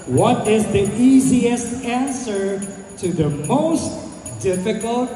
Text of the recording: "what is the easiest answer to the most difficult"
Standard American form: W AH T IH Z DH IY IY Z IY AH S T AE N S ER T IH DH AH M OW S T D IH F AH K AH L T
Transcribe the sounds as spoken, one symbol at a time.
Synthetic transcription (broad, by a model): W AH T IH Z DH IY IY Z IY AH S T AE N S ER T IH DH AH M OW S T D IH F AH K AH L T